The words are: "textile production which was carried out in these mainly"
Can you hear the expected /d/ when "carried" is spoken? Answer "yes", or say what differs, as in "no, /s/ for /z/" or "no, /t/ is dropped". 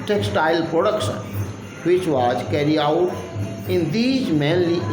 no, /d/ is dropped